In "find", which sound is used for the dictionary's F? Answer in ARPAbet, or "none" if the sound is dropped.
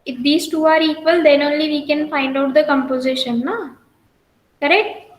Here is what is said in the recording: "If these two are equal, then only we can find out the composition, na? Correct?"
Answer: F